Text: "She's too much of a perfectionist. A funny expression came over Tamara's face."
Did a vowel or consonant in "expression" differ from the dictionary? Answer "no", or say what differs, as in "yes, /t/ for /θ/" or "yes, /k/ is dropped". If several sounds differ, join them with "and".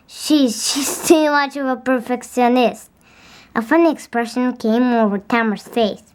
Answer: no